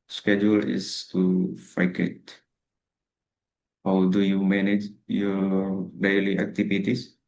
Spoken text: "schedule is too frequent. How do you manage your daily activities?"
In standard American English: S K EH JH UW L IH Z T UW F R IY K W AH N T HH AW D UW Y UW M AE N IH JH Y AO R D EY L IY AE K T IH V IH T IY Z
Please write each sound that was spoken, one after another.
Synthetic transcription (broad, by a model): S K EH JH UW L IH S T UW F AA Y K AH T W D UW Y UW M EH N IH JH Y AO D EY L IY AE K T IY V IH T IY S